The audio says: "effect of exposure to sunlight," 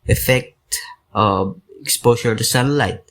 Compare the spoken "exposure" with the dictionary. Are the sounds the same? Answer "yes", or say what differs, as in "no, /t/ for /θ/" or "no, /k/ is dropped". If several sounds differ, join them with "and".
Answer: no, /ʃ/ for /ʒ/